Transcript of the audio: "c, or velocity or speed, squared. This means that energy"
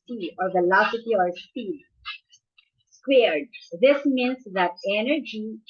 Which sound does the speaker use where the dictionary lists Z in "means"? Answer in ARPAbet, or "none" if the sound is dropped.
S